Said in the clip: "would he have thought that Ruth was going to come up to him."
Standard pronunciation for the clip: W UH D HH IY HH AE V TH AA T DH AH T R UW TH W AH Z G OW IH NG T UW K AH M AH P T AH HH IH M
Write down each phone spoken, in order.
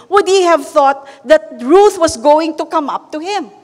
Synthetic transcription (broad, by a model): W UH D HH IY HH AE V TH AA T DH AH T R UW TH W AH S G OW IH NG T UW K AH M AH P T AH HH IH M